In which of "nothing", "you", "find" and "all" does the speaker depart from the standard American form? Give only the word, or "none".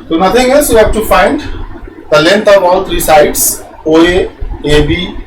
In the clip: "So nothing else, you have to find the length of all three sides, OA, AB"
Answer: nothing